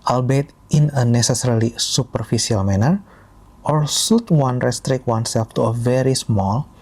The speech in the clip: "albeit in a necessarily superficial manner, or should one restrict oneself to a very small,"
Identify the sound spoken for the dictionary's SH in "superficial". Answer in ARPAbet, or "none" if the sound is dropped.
S